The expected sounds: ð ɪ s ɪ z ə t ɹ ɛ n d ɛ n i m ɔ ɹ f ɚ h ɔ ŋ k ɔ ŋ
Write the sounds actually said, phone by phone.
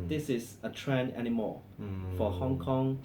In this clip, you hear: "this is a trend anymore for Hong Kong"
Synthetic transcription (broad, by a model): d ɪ s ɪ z ə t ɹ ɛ n ɛ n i m ɔ f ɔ h ɔ ŋ k ɔ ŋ